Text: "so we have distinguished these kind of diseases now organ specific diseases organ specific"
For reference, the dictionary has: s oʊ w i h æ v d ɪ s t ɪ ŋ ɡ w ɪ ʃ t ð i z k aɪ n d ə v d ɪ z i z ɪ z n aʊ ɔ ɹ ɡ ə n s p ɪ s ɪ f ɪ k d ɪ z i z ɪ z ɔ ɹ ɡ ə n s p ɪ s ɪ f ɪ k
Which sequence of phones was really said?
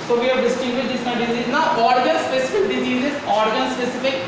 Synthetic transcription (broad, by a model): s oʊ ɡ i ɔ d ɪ s t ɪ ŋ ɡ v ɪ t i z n ə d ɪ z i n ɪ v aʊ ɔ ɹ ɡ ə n s p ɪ s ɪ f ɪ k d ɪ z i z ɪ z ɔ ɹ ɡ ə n s p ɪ s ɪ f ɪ k